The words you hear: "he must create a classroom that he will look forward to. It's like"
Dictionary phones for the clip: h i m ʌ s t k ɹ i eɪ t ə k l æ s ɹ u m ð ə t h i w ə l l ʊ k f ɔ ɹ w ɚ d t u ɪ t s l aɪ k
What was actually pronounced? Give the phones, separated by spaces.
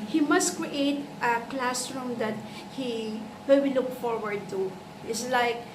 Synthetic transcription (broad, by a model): h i m ʌ s t k ɹ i eɪ t ə k l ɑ s ɹ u m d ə t h i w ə w l ʊ k f ɔ ɹ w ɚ d t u ɪ t s l aɪ k